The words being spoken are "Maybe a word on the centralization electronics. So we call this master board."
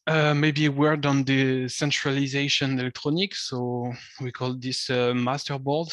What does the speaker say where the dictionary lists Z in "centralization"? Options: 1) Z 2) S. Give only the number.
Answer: 1